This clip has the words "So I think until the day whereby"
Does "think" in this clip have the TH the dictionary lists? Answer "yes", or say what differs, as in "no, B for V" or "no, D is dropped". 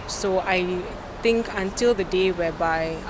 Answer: no, T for TH